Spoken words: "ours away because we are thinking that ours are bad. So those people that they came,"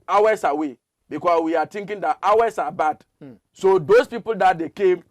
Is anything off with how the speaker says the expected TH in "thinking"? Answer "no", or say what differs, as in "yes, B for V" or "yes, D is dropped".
yes, T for TH